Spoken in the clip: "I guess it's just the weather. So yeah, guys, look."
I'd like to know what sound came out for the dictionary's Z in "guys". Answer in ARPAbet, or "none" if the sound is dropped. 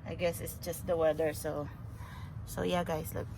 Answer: S